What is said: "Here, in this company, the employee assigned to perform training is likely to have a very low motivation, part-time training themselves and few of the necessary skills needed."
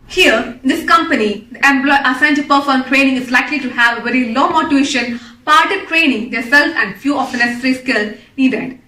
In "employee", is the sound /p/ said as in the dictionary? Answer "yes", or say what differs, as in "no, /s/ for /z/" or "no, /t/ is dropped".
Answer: no, /b/ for /p/